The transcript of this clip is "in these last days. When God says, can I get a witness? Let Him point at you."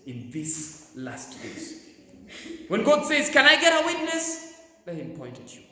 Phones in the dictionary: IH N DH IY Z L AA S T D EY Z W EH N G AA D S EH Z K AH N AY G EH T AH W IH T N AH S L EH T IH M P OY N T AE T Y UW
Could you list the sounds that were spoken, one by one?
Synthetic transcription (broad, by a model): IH N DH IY S L AA S T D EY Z W EH N G AA D S EH Z K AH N AY G EH T AH W IH T N AH S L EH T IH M P OY N T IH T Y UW